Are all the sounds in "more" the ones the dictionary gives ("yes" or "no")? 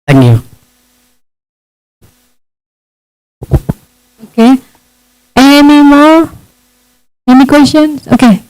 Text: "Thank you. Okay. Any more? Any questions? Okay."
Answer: no